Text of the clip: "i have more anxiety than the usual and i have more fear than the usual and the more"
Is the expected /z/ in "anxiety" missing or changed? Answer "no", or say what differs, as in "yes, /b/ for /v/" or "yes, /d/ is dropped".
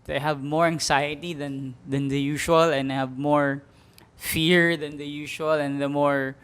yes, /s/ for /z/